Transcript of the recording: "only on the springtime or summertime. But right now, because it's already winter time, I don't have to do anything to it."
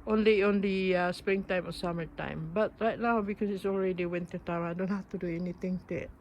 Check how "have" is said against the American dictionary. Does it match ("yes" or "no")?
no